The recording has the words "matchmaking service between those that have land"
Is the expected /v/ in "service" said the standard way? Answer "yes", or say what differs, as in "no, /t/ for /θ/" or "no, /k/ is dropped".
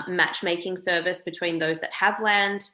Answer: yes